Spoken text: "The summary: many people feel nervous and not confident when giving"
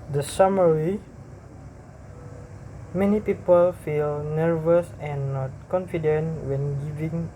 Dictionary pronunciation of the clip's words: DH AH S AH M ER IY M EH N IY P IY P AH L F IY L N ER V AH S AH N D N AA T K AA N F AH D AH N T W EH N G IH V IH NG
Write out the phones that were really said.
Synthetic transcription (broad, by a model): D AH S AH M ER IY M EH N IY P IY P AH L F IY L N ER V AH S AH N N AA T K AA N F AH D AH N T W EH N G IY V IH NG